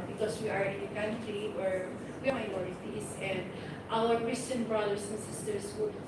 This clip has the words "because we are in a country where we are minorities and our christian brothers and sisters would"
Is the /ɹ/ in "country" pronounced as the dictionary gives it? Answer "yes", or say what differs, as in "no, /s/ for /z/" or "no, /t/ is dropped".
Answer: no, /l/ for /ɹ/